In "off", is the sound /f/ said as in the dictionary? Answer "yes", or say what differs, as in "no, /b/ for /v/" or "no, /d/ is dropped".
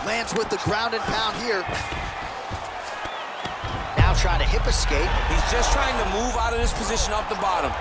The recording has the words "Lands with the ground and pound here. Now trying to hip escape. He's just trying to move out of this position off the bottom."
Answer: no, /p/ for /f/